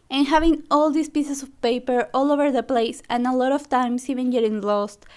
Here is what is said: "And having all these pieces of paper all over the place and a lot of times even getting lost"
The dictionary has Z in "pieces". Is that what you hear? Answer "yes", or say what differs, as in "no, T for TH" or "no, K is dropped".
no, S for Z